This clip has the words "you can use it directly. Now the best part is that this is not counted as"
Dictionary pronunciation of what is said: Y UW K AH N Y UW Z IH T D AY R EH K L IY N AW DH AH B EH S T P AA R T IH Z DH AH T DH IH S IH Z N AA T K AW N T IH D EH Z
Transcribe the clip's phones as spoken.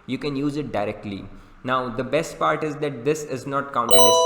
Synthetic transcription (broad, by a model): Y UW K AH N Y UW Z IH T D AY R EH K L IY N AW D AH B EH S T P AA R T IH Z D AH T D IH S IH Z N AA T K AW N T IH EH